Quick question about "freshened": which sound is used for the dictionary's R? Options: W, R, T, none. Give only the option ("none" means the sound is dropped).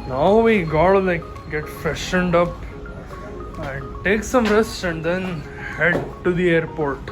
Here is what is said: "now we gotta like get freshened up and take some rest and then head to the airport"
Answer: none